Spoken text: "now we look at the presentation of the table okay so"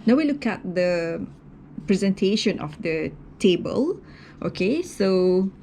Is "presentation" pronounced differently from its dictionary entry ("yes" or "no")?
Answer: no